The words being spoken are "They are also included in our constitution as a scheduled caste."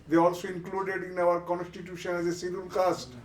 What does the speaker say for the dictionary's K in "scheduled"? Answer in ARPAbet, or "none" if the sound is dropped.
none